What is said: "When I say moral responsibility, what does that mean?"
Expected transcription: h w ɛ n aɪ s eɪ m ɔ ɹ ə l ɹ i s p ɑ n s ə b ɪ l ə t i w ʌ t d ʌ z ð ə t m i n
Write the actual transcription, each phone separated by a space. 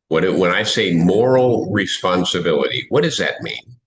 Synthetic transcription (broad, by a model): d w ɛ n aɪ s eɪ m ɔ ɹ l ɹ i s p ɑ n s ə b ɪ l ə t i w ʌ t d ʌ z ð ə t m i n